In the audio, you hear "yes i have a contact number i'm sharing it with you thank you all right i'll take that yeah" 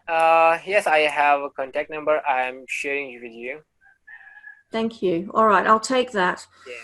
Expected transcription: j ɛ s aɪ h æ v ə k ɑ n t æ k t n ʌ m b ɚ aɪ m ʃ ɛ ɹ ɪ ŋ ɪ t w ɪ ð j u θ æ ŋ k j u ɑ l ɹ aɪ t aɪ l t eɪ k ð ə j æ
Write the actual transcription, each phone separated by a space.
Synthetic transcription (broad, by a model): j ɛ s aɪ h æ v ə k ɑ n t æ k t n ʌ m b ɚ aɪ m ʃ ɛ ɹ ɪ ŋ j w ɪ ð j u θ æ ŋ k j u ɑ l ɹ aɪ t aɪ l t eɪ k ð ə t